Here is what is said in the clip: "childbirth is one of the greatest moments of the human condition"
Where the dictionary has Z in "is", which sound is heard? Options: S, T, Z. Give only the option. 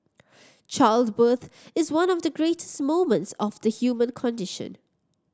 Z